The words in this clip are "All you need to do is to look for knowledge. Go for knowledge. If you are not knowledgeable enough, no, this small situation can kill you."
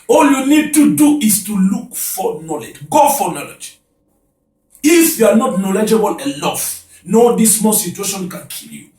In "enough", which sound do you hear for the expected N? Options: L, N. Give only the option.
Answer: L